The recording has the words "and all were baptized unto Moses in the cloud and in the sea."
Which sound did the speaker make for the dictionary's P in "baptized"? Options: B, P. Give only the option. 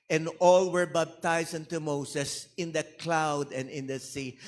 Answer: B